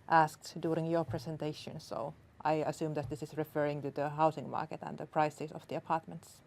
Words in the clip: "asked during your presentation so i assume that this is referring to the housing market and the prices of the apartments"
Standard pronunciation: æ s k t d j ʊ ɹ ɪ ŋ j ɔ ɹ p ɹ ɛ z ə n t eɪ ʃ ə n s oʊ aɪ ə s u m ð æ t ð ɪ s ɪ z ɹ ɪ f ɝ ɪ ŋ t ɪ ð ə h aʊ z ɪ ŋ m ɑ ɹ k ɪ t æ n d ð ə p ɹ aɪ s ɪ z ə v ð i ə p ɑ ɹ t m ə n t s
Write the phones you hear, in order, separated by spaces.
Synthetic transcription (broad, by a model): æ s k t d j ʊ ɹ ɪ ŋ j ɔ ɹ p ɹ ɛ s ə n t eɪ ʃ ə n s oʊ aɪ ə s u m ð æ t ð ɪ s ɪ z ɹ ɪ f ɝ ɪ ŋ t ɪ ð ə h aʊ s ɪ ŋ m ɑ ɹ k ɪ t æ n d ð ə p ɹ aɪ s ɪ s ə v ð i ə p ɑ ɹ t m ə n t s